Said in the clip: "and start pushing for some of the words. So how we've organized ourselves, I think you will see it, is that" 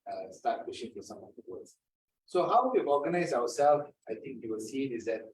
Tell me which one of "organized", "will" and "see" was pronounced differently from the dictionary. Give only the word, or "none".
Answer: organized